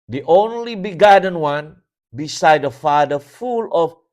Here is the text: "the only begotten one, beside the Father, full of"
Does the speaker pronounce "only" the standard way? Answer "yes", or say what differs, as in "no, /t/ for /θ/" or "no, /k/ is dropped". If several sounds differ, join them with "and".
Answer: yes